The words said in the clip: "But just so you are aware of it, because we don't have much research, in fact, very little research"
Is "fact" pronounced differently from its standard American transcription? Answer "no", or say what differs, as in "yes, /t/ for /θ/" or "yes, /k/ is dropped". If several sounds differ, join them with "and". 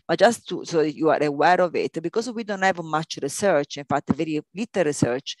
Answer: yes, /k/ is dropped